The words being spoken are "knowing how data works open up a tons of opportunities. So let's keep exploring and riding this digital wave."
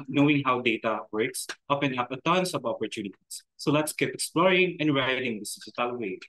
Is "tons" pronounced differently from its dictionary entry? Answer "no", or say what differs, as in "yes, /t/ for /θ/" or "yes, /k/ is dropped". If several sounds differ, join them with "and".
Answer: yes, /s/ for /z/